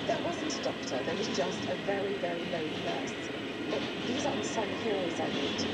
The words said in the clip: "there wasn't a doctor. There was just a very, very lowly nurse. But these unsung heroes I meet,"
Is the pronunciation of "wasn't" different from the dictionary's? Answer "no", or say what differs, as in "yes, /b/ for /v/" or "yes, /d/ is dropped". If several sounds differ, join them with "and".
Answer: no